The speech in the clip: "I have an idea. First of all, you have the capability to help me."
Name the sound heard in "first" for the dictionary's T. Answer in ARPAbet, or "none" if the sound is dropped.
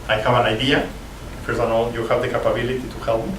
none